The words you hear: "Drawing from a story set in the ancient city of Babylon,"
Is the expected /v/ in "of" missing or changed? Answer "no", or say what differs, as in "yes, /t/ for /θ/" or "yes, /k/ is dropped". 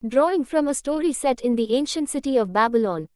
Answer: no